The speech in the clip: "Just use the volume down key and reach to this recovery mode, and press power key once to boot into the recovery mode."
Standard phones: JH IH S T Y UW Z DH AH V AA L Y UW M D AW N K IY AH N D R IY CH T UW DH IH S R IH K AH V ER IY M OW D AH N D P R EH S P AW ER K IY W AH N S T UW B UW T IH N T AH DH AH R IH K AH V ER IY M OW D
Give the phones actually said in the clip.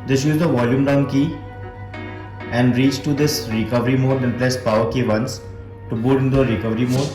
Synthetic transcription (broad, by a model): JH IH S Y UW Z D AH V AA L Y UW M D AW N K IY AH N D R IY CH T UW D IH S R IH K AH V ER IY M OW D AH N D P L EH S P AW ER K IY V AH N S T UW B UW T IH N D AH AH R IH K AH V ER IY M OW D